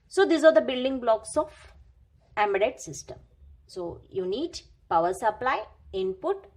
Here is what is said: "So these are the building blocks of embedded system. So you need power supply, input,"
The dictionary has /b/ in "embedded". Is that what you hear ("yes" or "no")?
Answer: no